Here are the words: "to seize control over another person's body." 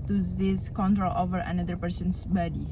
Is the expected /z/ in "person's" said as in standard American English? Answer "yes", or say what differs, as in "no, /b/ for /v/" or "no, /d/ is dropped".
no, /s/ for /z/